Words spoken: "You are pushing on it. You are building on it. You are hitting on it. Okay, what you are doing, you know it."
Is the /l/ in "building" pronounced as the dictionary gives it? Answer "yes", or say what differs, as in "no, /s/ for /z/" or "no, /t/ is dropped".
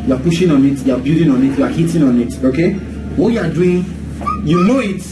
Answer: no, /l/ is dropped